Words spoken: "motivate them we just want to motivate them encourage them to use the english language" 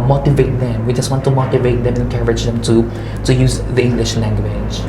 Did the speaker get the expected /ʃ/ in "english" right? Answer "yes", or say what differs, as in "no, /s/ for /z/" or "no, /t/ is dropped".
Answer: yes